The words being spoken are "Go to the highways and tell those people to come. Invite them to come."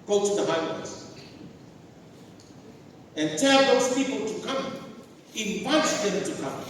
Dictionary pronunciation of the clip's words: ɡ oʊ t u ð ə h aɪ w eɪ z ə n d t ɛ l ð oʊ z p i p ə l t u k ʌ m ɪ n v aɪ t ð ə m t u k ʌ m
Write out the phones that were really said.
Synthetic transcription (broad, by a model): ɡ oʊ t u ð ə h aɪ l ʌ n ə n t ɛ l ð oʊ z p i p ə l t u k ʌ m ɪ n w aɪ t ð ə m t u k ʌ m